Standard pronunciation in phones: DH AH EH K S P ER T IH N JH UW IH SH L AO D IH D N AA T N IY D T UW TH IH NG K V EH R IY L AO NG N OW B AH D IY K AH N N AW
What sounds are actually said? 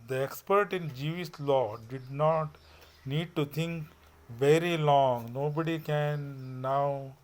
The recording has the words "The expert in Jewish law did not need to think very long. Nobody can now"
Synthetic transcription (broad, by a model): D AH EH K S P ER T IH N JH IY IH S L AO D IH D N AA T N IY D T UW T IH NG K V EH R IY L AO NG N OW B AH D IY K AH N N AW